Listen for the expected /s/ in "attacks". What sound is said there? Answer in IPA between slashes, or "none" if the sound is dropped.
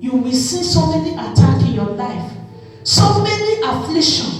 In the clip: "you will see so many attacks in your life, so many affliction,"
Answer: none